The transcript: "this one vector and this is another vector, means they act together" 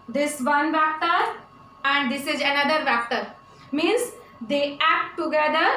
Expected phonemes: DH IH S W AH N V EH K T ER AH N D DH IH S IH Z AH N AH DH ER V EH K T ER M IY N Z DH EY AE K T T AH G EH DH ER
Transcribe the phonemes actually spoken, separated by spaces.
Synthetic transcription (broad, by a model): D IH S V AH N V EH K T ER AH N D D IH S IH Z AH N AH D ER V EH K T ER M IY N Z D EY AE K T T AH G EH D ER